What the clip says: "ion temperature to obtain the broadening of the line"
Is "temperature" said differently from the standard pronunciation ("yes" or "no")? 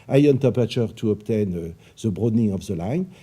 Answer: yes